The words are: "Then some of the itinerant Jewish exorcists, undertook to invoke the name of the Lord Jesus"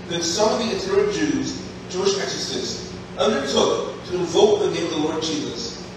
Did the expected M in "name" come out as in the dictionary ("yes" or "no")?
no